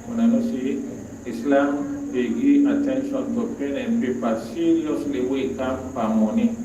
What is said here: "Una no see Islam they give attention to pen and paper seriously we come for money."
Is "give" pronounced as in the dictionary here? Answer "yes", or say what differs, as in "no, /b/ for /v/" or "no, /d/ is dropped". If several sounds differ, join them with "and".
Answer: no, /v/ is dropped